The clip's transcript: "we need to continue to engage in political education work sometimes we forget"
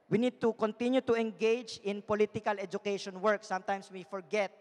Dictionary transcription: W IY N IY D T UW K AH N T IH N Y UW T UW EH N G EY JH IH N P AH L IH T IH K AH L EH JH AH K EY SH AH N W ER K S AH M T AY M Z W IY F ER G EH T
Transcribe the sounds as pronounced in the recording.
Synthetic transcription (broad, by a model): W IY N IY D T UW K AH N T IH N Y UW T UW EH N G EY JH IH N P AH L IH T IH K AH L EH JH AH K EY SH AH N W ER K S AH M T AY M S W IY F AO G EH T